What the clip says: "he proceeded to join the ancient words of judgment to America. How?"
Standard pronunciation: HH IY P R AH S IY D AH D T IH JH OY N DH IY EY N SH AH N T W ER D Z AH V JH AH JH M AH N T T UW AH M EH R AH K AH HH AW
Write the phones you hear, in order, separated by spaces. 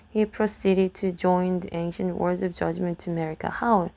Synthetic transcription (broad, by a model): HH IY P R AH S IY D AH D T IH JH OY N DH IY EY N SH AH N T W ER D Z AH V JH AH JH M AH N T T UW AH M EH R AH K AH HH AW